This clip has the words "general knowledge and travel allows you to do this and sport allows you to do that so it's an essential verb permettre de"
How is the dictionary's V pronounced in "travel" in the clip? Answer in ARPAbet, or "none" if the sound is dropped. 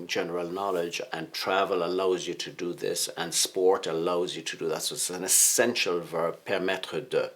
V